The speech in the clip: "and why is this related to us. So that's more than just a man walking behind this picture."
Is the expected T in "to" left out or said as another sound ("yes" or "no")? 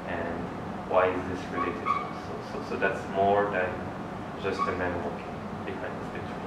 yes